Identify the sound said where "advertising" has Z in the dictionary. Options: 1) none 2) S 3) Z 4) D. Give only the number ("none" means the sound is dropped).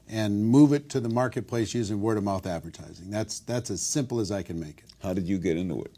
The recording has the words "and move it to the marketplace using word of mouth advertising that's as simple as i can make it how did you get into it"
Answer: 3